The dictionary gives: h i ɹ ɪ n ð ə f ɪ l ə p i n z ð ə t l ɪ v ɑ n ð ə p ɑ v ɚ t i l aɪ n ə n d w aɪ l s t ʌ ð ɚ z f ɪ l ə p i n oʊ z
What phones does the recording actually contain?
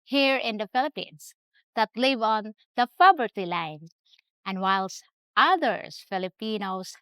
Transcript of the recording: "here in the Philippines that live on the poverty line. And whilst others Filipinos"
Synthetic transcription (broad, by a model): h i ɹ ɪ n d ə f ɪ l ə p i n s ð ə t l ɪ v ɑ n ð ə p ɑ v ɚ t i l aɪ n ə n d w aɪ l s t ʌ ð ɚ s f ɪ l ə p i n oʊ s